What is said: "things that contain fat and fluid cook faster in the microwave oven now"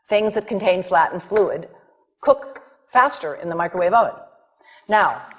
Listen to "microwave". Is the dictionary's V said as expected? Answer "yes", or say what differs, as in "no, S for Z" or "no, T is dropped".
yes